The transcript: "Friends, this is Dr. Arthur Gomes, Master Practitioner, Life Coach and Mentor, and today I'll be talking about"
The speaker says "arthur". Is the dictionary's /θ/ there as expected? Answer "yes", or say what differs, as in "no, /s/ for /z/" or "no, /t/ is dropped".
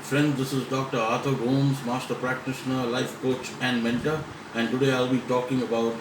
no, /t/ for /θ/